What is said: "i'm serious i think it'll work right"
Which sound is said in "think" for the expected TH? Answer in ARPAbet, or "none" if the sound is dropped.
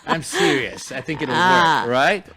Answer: TH